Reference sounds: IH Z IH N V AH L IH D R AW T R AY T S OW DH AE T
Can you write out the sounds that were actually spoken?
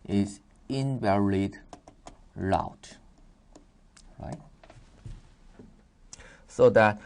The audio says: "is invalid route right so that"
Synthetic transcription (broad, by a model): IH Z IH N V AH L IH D L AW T R AY T S OW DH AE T